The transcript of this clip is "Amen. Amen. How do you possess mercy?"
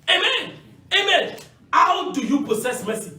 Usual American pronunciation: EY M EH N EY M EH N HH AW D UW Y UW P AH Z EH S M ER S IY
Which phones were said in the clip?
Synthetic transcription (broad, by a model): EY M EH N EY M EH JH HH AW D UW Y UW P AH S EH S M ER S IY